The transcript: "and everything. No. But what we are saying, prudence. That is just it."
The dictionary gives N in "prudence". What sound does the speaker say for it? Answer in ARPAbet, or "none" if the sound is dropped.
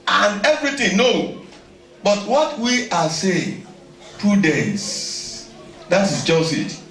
none